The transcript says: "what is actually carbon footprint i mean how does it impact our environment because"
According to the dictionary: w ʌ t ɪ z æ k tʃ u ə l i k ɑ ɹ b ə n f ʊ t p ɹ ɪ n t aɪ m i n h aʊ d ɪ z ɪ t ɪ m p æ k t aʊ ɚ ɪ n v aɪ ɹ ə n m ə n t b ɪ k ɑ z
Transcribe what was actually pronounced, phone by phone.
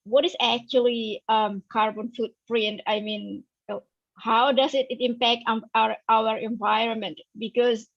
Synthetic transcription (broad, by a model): w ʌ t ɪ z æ k tʃ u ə l i k ɑ ɹ b ə n f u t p ɹ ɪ n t aɪ m i n h aʊ d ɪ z ɪ t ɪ m p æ k t aʊ ɚ ɪ n v aɪ ɹ ə n m ə n t b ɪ k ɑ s